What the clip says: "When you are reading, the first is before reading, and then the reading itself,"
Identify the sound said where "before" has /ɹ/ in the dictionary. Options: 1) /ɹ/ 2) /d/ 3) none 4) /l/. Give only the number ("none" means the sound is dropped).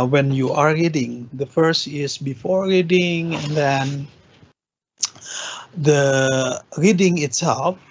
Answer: 1